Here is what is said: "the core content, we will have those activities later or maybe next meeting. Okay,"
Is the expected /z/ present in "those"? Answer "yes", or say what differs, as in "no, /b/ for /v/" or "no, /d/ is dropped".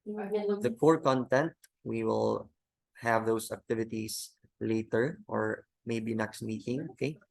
no, /s/ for /z/